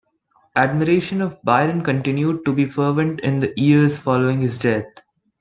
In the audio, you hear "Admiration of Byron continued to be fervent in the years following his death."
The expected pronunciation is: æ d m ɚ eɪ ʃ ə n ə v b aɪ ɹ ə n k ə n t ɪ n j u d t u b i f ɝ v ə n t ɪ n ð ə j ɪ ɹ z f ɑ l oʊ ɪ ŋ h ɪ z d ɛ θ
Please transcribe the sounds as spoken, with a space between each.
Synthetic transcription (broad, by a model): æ d m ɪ eɪ ʃ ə n ə v b aɪ ɹ ə n k ə n t ɪ n j u d t u b i f ɝ v ə n t ɪ n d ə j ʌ ɹ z f ɑ l oʊ ɪ ŋ h ɪ z d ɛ t